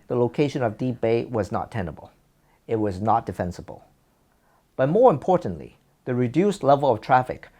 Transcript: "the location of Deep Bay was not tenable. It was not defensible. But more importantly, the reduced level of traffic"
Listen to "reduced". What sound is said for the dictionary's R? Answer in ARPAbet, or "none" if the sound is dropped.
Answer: R